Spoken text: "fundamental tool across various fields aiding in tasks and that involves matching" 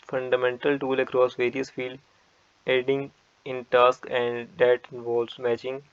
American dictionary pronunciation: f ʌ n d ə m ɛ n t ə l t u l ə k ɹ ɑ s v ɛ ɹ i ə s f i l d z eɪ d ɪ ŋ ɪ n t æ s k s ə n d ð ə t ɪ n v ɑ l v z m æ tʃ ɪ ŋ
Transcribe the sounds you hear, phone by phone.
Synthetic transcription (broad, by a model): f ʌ n d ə m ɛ n t ə l t u l ə k ɹ ɑ s v ɛ ɹ i ə s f i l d eɪ d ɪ ŋ ɪ n t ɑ s k ə n d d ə t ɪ n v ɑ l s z m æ tʃ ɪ ŋ